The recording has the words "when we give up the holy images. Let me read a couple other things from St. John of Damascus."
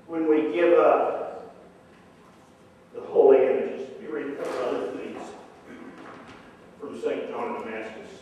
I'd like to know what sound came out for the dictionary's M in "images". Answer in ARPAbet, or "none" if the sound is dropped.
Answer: none